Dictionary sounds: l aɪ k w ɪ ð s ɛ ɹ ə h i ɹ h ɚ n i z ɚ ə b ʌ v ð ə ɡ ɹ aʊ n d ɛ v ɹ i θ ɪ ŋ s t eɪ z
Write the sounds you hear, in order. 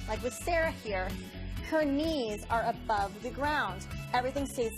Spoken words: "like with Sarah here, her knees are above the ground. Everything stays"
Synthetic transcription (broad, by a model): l aɪ k w ɪ ð s ɛ ɹ ə h i ɹ h ɚ n i z ɚ ə b ʌ v ð ə ɡ ɹ aʊ n d ɛ v ɹ i θ ɪ ŋ s t eɪ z